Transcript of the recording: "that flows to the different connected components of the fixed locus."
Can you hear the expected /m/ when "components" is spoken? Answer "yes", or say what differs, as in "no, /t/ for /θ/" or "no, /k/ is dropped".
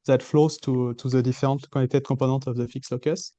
no, /m/ is dropped